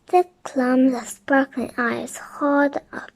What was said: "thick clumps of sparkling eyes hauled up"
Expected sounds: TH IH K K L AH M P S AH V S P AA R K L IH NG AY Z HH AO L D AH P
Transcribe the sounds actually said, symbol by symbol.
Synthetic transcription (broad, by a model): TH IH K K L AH M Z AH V S P AA R K L IH NG AY Z HH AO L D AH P